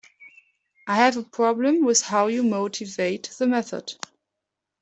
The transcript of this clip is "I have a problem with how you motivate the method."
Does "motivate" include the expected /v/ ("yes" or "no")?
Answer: yes